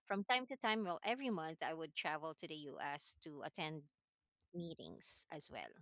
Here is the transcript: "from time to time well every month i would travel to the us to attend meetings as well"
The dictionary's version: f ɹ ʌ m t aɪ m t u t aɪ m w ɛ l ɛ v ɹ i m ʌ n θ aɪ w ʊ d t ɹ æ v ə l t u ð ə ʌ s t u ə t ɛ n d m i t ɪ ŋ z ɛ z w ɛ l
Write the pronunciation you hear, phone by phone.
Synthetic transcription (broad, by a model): f ɹ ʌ m t aɪ m t u t aɪ m w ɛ l ɛ v ɹ i m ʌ n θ aɪ w ʊ d t ɹ æ v ə l t u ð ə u s t u ə t ɛ n d m i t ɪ ŋ s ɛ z w ɛ l